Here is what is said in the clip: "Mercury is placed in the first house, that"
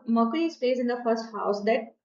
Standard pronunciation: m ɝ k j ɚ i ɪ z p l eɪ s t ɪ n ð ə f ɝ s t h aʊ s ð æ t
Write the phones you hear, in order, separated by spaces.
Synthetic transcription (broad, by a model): m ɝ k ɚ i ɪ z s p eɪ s ɪ n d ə f ɝ s t h aʊ s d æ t